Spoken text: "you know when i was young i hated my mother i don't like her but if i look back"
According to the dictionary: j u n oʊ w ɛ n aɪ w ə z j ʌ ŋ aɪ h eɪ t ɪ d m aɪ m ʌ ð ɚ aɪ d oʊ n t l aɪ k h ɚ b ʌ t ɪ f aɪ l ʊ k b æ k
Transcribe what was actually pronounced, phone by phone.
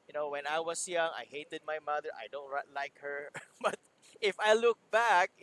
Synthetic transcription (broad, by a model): j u n oʊ w ɛ n aɪ w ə s j ʌ ŋ aɪ h eɪ t ɪ d m aɪ m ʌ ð ɚ aɪ d oʊ n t l aɪ k h ɚ b ʌ t ɪ f aɪ l ʊ k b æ k